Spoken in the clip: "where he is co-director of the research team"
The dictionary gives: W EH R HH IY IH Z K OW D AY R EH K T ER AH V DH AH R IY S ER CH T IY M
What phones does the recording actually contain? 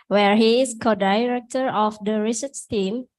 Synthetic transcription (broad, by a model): W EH R HH IY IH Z K OW D AY R EH K T ER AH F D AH R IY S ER S T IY M